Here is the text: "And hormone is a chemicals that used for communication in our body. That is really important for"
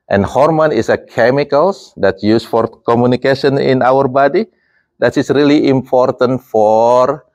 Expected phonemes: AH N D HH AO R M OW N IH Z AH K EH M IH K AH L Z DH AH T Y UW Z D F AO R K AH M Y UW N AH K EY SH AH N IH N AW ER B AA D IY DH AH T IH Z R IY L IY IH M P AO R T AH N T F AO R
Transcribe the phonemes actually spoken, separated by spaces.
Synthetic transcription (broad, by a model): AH N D HH AO R M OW N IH S AH K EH M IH K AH L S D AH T Y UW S F AO R K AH M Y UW N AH K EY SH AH N IH N AW ER B AA D IY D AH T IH S R IY L IY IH M P AO R T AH N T F AO R